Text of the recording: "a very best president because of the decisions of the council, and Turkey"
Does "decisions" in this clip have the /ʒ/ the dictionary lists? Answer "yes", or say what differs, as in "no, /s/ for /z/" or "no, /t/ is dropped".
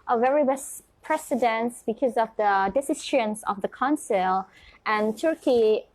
no, /ʃ/ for /ʒ/